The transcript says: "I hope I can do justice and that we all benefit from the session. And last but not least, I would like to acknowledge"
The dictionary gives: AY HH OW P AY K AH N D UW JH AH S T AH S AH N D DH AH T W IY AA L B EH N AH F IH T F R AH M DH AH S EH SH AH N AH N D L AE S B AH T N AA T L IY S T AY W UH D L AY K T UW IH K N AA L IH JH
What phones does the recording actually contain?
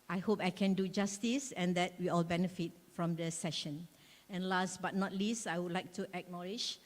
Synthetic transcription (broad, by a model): AY HH OW P AY K AH N D UW JH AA S T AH S AH N D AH T W IY AA L B EH N AH F IH T F R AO M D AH S EH SH AH N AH N L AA S B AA T N AA T L IY S T AY W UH D L AY K T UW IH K N AA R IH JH